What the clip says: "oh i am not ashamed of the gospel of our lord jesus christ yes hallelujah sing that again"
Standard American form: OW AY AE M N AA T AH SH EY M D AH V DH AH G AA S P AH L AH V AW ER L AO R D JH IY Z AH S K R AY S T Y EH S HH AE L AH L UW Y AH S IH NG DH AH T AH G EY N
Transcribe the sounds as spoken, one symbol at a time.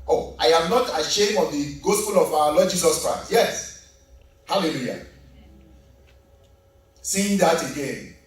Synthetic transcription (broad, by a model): OW AY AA M N AA T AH SH EY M AH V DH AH G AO S P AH L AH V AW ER L AO D JH IY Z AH S K R AY S T Y EH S HH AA L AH L UW Y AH S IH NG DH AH T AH G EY N